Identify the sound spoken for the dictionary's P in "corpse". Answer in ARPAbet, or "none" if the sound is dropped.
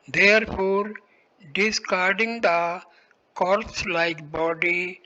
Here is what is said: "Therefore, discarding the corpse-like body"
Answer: none